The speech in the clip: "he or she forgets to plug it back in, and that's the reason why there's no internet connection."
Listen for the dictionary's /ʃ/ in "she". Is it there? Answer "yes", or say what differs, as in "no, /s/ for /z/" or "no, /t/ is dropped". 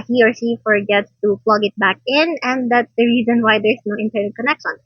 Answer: no, /s/ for /ʃ/